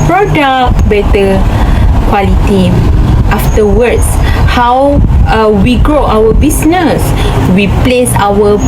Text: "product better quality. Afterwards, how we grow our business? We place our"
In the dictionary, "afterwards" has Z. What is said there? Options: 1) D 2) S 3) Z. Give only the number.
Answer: 2